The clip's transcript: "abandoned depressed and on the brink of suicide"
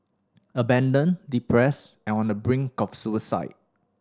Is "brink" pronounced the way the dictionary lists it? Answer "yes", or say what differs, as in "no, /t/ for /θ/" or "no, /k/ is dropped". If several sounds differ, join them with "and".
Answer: yes